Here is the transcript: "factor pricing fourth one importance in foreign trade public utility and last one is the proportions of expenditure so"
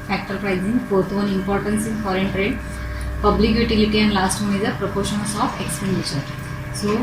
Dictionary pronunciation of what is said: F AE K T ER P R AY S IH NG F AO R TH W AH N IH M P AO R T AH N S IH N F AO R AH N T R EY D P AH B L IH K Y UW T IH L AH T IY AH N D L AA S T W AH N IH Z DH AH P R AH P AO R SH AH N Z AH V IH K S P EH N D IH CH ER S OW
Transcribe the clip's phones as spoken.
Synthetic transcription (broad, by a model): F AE K T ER P R AY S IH NG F AO R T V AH N IH M P AO R T AH N S IH N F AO R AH N T R EY D P AH B L IH K Y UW T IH L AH T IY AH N D L AA S T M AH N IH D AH P R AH P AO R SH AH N S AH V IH K S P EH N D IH SH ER S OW